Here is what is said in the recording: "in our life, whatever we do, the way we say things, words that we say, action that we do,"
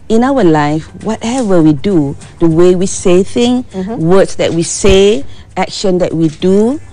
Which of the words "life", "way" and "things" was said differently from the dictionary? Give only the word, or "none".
things